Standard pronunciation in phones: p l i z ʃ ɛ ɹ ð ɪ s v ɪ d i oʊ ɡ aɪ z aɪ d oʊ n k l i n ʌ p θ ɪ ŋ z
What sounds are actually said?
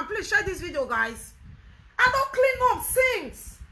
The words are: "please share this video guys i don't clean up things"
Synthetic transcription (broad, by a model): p l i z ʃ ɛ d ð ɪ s v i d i oʊ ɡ aɪ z aɪ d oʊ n k l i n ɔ f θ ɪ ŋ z